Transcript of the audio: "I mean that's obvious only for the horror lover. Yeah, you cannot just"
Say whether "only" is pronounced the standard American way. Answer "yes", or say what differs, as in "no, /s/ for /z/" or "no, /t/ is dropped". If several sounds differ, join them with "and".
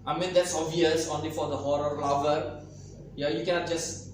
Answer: yes